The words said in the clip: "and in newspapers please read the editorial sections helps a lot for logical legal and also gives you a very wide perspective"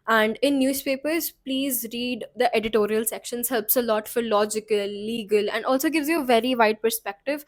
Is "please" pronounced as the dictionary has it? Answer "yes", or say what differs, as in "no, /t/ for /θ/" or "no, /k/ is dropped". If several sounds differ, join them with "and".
yes